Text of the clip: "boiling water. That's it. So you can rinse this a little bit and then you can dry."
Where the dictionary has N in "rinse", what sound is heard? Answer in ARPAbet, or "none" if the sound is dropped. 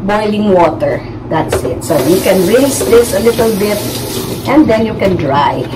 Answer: none